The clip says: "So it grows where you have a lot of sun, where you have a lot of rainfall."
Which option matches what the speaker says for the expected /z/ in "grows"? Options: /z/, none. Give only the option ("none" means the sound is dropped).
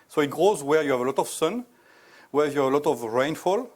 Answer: /z/